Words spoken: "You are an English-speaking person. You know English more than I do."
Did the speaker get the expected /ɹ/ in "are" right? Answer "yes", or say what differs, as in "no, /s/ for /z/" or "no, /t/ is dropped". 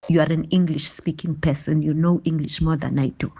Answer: yes